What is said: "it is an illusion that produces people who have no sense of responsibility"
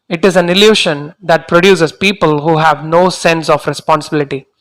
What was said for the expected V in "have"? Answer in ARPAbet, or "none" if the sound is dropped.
V